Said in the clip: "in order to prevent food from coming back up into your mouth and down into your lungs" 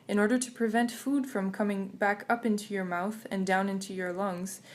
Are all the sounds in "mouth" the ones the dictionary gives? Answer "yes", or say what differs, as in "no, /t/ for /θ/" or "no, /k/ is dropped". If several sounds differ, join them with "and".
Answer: yes